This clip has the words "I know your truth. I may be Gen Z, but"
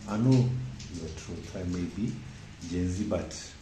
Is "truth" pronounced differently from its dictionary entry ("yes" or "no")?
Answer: yes